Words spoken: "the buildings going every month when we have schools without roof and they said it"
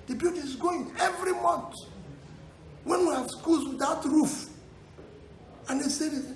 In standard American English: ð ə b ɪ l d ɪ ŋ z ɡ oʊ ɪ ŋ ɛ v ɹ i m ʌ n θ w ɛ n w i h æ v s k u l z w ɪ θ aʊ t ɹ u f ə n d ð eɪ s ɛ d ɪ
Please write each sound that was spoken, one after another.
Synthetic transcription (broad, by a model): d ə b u d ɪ z ɡ oʊ ɪ ŋ ɛ v ɹ i m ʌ n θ w ɛ n w i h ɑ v s k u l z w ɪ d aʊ t ɹ u f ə n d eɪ s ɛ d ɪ